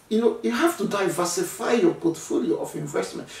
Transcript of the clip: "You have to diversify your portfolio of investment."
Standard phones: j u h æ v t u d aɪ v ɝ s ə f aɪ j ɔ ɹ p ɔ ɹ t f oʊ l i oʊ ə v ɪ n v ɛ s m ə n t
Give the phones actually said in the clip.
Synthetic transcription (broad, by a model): j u h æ f t u d aɪ v ɝ s ə f aɪ j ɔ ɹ p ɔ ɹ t f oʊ l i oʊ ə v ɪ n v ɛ s m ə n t